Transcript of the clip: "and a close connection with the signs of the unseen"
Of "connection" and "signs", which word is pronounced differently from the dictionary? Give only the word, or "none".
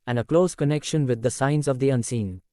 none